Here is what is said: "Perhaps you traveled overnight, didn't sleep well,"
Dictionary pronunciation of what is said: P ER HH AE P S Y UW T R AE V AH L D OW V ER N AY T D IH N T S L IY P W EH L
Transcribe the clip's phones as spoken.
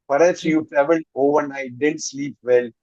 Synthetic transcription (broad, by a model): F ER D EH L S Y UW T R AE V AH L OW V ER N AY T D IH N T S L IY P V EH L